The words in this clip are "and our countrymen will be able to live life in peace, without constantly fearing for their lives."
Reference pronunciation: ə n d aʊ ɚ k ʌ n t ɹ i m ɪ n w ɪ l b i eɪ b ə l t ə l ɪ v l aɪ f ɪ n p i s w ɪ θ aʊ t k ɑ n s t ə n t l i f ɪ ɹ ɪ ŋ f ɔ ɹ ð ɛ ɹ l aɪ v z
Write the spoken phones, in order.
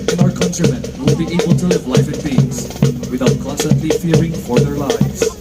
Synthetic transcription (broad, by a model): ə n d aʊ ɚ k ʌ n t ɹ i m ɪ n w ɪ l b i eɪ b ə l t ə l ɪ v l aɪ f ɪ n b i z w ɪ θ aʊ t k ɑ n s t ə n t l i f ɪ ɹ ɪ ŋ f ɔ ɹ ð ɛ ɹ l aɪ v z